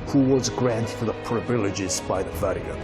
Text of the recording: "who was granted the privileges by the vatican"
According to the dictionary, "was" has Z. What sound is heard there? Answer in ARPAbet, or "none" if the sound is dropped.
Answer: Z